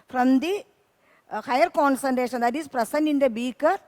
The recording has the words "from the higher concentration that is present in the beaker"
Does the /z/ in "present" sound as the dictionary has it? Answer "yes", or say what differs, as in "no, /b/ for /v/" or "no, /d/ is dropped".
no, /s/ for /z/